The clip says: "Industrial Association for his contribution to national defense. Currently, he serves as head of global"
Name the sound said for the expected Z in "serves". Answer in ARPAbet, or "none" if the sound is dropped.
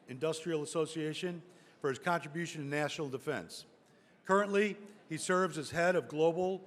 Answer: Z